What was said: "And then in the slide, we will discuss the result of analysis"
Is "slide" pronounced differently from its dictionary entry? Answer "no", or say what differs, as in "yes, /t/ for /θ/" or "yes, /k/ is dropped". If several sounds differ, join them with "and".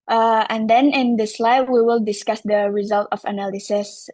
no